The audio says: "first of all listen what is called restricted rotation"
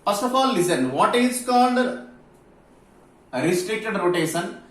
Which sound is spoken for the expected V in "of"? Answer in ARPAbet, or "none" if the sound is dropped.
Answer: P